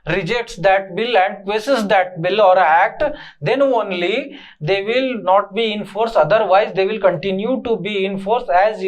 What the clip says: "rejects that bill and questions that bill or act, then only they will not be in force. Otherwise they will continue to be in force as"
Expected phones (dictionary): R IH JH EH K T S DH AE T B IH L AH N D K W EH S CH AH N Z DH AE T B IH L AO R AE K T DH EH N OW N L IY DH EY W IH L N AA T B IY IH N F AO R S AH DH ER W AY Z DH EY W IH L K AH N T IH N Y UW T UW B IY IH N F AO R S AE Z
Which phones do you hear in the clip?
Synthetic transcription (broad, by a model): R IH JH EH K T S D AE T B IH L AH N D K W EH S AH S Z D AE T B IH L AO R AE K T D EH N OW N L IY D EY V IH L N AA T B IY IH N F AO R S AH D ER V AY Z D EY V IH L K AH N T IH N Y UW T UW B IY IH N F AO R S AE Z